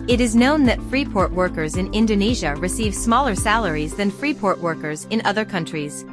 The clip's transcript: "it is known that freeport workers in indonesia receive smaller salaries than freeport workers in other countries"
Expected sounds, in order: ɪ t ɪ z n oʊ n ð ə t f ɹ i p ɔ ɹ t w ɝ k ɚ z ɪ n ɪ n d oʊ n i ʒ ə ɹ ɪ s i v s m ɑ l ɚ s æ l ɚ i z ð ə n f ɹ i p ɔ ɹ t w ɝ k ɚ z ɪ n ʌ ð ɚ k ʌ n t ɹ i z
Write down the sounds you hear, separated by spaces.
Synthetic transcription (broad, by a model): ɪ t ɪ z n oʊ n ð ə t f ɹ i p ɔ ɹ t w ɝ k ɚ z ɪ n ɪ n d oʊ n i ʒ ə ɹ ɪ s i v s m ɑ l ɚ s æ l ɚ i z ð ə n f ɹ i p ɔ ɹ t w ɝ k ɚ z ɪ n ʌ ð ɚ k ʌ n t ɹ i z